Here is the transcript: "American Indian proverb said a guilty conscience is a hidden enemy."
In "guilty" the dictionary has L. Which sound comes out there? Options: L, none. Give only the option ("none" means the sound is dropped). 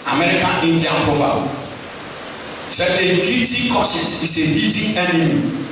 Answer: none